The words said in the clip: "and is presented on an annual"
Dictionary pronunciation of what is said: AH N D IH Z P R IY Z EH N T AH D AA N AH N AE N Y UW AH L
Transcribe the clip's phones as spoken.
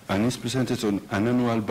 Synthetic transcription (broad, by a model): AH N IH S P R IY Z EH N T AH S AA N AH N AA N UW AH L